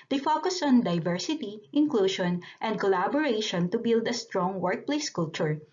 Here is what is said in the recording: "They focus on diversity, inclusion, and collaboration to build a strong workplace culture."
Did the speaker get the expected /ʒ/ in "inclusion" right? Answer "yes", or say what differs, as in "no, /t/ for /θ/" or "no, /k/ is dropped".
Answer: no, /ʃ/ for /ʒ/